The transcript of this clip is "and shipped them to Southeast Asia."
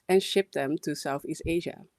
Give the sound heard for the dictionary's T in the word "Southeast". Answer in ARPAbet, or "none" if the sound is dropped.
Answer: T